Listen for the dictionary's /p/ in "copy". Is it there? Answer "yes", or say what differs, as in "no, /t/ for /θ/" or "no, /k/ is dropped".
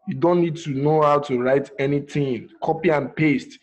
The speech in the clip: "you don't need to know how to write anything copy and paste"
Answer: yes